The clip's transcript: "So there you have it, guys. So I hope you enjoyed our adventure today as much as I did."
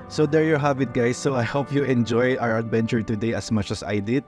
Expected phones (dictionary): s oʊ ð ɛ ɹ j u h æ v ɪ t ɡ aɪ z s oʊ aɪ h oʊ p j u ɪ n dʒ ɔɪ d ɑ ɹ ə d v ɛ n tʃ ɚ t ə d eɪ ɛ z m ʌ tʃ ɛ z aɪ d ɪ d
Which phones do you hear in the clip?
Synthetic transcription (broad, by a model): s oʊ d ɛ ɹ j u h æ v ɪ t ɡ aɪ s oʊ aɪ h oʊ p j u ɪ n dʒ ɔɪ ɑ ɹ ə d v ɛ n tʃ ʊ t ə d eɪ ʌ s m ʌ tʃ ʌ s aɪ d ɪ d